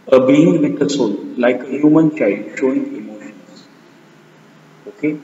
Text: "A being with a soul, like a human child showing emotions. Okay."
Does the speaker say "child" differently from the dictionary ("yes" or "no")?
yes